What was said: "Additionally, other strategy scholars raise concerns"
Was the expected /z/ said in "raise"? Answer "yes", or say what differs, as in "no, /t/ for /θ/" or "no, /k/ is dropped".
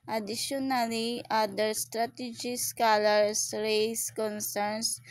no, /s/ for /z/